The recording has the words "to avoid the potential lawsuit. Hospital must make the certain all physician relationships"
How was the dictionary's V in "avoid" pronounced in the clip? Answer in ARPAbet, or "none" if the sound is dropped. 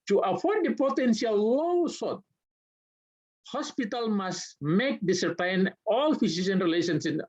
F